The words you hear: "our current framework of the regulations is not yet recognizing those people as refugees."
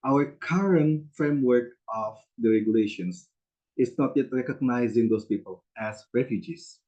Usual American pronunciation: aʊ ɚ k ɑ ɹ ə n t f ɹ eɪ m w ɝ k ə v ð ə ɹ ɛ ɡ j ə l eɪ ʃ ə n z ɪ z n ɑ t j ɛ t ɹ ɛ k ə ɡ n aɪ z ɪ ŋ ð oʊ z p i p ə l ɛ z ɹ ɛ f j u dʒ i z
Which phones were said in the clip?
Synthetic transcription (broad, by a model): aʊ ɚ k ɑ ɹ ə n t f ɹ eɪ m w ɝ k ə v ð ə ɹ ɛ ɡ j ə l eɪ ʃ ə n s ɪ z n ɑ t j ɛ t ɹ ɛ k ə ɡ n aɪ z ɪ ŋ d oʊ s p i p ə l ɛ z ɹ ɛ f j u dʒ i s